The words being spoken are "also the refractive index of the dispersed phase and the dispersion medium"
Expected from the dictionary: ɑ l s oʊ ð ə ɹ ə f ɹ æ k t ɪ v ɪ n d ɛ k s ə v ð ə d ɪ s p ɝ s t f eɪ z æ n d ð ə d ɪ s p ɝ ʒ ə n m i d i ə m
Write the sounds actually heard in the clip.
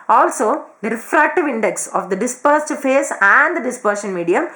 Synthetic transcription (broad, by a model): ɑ l s oʊ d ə ɹ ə f ɹ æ k t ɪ v ɪ n d ɛ k s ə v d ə d ɪ s p ɝ s t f eɪ s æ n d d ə d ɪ s p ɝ ʃ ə n m i d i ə m